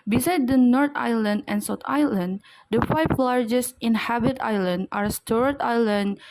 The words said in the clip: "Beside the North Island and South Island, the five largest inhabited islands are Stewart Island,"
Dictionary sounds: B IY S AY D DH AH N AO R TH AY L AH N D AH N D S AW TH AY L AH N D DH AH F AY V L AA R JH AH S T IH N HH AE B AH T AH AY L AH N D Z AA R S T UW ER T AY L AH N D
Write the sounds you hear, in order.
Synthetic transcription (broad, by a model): B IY S AY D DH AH N AO R T AY L AH N D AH N S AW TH AY L AH N D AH F AY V L AA R JH AH S T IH N HH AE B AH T AY L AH N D AA R S T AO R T AY L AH N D